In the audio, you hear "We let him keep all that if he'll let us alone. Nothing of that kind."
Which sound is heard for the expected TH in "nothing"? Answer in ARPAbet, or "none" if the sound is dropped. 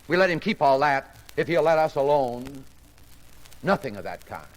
TH